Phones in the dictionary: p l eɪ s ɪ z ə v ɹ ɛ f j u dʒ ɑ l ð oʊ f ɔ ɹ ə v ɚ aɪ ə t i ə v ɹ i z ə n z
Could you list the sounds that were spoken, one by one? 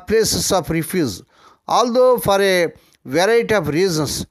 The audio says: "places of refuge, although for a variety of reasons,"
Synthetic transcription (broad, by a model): p l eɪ s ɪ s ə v ɹ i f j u z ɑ l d oʊ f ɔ ɹ ə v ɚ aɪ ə t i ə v ɹ i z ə n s